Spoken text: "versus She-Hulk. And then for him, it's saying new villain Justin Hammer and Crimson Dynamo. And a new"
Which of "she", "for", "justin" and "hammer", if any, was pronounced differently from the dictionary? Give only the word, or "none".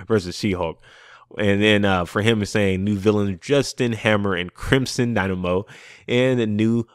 she